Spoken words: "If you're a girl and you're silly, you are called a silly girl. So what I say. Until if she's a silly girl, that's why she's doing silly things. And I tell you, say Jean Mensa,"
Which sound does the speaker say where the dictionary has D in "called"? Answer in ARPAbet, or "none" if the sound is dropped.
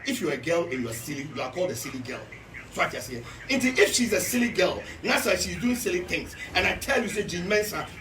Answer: D